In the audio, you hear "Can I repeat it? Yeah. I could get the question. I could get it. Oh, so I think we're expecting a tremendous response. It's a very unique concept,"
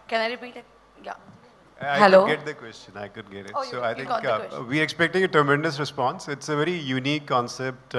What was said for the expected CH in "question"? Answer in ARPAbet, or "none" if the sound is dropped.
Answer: CH